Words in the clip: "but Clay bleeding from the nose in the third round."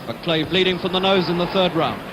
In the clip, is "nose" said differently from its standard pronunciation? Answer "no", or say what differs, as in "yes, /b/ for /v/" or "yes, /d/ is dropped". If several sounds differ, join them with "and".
no